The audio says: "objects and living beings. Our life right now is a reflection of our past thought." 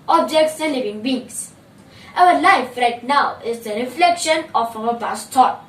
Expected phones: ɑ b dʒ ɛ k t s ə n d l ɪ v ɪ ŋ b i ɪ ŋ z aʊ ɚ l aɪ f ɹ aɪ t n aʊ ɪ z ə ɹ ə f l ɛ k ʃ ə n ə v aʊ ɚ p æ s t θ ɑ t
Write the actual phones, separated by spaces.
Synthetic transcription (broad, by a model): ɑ b dʒ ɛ k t s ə l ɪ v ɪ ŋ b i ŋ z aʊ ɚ l aɪ f ɹ aɪ t n aʊ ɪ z ə ɹ ə f l ɛ k ʃ ə n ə f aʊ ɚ b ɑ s t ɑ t